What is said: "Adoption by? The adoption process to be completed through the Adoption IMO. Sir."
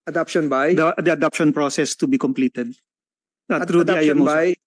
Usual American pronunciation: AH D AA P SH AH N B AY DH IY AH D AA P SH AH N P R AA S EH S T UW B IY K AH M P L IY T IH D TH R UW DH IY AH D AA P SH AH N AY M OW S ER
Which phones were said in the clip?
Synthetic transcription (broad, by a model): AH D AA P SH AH N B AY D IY AH D AA P SH AH N P R AA S EH S T UW B IY K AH M P L IY T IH D T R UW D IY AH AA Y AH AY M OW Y